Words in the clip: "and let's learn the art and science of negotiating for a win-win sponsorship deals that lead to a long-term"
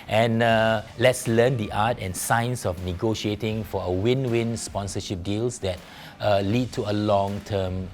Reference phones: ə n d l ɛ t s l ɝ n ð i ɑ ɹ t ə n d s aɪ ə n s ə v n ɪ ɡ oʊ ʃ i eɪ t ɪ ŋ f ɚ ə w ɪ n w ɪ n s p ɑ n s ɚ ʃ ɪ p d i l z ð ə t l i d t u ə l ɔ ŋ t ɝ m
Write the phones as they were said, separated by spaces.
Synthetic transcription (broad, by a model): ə n l ɛ t s l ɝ n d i ɑ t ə n s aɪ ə n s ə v n ɪ ɡ oʊ ʃ i eɪ t ɪ ŋ f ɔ ə w ɪ n w ɪ n s p ɑ n s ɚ ʃ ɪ p d i l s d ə t l i d t u ə l ɔ ŋ t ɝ m